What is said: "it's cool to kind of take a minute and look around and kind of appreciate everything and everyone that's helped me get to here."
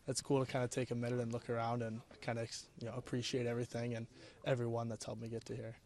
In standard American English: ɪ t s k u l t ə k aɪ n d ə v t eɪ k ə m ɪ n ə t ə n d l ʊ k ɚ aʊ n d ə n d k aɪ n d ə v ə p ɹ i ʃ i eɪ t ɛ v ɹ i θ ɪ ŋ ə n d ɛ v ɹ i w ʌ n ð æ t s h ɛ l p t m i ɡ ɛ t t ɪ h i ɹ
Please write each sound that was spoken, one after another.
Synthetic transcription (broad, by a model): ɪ t s k u l t ə k aɪ n d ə t eɪ k ə m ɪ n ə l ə n l ʊ k ɚ aʊ n d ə n k aɪ n d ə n ə p ɹ i ʃ i eɪ t ɛ v ɹ i θ ɪ ŋ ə n ɛ v ɹ i w ʌ n ð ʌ t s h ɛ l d m i ɡ ɛ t t ɪ h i ɹ